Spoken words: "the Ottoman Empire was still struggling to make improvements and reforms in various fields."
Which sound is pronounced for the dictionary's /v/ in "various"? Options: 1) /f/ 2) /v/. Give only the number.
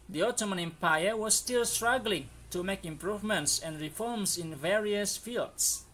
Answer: 2